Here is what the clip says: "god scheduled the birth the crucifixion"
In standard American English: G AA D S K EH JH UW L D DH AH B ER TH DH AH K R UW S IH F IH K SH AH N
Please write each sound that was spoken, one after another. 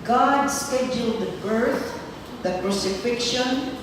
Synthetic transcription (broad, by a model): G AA D S K EH JH UW L D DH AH B ER TH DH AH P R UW S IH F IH K SH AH N